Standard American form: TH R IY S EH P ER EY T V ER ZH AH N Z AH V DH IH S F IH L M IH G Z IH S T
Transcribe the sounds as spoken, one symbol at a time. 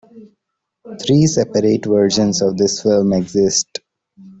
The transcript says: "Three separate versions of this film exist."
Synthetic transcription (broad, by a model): T R IY S EH P ER EY T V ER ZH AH N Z AH V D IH S F IH L M IH G Z IH S T